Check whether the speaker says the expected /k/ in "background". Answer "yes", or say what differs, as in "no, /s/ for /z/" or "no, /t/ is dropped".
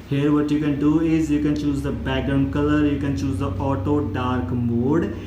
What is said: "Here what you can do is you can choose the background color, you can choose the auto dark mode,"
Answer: no, /k/ is dropped